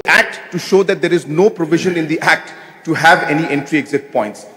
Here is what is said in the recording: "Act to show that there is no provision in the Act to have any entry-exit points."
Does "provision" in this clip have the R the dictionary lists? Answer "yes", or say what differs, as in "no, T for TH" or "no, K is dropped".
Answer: yes